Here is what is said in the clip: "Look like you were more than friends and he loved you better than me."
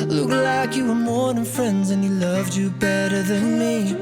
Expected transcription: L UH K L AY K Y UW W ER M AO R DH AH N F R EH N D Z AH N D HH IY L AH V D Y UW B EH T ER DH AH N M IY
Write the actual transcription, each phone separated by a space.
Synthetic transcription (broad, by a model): L UH K L AY K Y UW W ER M AO R DH AH N F R EH N D Z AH N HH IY L AH V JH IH B EH T ER DH AH N M IY